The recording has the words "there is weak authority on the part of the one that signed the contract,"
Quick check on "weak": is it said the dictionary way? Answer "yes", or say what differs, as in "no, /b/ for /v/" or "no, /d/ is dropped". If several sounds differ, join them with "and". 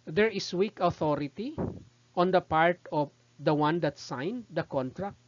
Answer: yes